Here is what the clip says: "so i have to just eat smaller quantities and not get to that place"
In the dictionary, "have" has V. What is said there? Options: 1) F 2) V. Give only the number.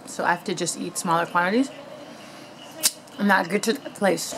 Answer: 1